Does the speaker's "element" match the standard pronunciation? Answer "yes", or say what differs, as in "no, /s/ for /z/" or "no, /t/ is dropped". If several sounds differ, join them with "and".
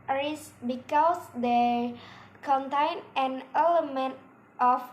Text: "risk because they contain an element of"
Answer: yes